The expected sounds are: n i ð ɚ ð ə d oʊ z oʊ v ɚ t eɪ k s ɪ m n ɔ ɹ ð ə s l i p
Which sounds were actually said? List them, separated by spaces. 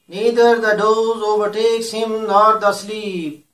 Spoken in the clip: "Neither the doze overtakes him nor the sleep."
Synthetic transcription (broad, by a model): n i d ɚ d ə d oʊ z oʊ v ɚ t eɪ k s ɪ m l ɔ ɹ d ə s l i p